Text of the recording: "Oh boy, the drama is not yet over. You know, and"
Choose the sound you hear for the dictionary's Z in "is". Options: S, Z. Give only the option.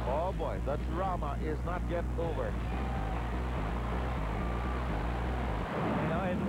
Z